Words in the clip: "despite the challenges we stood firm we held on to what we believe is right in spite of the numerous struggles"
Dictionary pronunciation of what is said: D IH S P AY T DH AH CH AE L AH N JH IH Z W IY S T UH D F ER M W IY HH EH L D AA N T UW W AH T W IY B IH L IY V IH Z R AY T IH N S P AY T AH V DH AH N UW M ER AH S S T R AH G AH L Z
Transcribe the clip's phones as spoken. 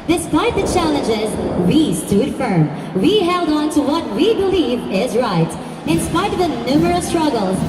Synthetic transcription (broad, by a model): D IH S P AY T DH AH CH AE L AH N JH IH Z W IY S T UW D F ER M W IY HH EH L D AA N T UW W AH T W IY B IH L IY V IH Z R AY T IH N S P AY T AH V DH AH N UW M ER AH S S T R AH G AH L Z